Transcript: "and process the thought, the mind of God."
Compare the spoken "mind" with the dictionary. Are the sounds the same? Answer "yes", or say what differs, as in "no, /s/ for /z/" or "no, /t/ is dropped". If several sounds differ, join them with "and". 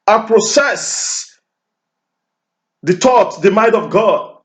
no, /n/ is dropped